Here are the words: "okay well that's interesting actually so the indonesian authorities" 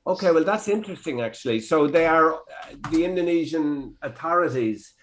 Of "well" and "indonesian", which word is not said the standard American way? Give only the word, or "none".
none